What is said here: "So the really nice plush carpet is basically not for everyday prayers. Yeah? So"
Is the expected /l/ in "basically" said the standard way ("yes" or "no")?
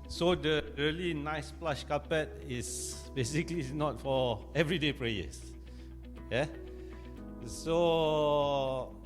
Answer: yes